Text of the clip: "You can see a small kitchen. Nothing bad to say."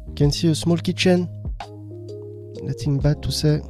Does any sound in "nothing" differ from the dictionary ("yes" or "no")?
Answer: yes